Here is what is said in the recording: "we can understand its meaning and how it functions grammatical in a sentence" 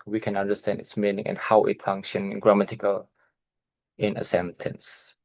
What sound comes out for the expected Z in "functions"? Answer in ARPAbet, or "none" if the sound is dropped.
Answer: none